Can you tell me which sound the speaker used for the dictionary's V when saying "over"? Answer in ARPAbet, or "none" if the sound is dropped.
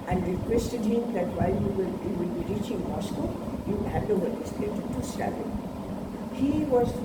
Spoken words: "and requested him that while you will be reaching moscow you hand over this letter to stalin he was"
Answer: none